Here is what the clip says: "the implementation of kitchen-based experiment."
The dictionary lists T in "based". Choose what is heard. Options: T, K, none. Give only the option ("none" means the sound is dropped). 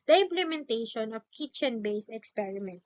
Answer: none